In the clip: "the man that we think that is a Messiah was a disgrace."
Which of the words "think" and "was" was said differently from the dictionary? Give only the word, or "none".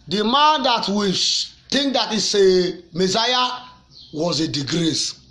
think